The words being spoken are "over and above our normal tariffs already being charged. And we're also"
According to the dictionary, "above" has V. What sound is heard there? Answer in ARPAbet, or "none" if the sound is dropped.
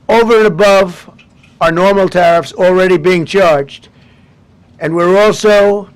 V